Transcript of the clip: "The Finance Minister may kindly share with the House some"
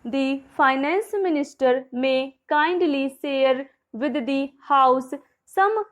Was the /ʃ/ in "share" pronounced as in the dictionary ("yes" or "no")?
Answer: no